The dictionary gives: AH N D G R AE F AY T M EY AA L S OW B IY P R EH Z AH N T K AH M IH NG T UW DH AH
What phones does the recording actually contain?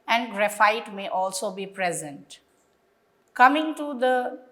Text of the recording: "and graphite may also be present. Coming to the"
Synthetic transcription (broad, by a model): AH N D G R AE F AY T M EY AA L S OW B IY P R EH Z AH N T K AH M IH NG T UW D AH